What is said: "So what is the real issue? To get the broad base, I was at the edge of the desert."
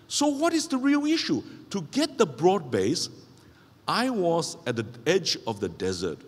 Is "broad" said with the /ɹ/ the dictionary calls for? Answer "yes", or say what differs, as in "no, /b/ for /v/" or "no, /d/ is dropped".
yes